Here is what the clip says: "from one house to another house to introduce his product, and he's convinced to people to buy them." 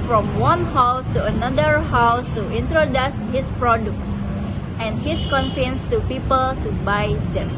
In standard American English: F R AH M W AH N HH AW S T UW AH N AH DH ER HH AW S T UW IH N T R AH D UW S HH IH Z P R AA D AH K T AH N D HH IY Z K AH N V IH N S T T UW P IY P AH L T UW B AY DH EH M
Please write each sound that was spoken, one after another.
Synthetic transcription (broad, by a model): F R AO M W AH N HH AW S T UW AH N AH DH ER HH AW S T UW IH N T R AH D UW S HH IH S P R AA D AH K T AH N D HH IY S K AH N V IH N S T T UW P IY P AH L T UW B AY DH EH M